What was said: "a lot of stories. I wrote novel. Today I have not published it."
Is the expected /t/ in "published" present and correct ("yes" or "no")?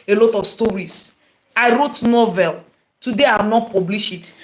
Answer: no